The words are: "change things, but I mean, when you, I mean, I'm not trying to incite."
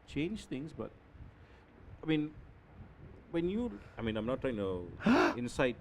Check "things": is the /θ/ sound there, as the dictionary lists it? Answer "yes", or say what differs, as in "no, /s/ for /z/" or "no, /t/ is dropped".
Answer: no, /t/ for /θ/